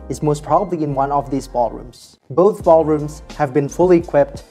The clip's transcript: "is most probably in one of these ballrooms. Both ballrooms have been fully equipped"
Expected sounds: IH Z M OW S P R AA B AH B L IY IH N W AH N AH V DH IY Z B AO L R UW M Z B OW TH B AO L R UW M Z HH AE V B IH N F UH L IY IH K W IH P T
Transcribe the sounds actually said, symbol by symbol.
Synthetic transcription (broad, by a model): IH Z M OW S P R AA B AH B L IY IH N W AH N AH V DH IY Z B AO L R UW M Z B OW TH B AO L R UW M Z HH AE V B IH N F UH L IY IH K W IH P T